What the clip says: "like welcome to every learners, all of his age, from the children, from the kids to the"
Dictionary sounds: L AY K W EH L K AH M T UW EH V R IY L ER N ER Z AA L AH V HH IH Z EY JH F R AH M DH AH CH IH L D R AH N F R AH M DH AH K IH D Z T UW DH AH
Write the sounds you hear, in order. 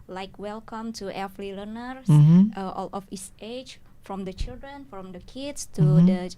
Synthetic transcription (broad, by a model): L AY K W EH L K AH M T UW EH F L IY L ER N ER S AA L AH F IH S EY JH F R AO M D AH CH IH L D R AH N F R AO M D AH K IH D S T UW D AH